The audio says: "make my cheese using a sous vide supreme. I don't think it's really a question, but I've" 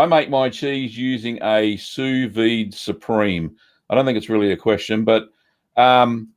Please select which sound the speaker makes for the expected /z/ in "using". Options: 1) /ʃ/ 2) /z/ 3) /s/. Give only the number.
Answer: 2